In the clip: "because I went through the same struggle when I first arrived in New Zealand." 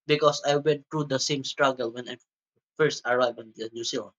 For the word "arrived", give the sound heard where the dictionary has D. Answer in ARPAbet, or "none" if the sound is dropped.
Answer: none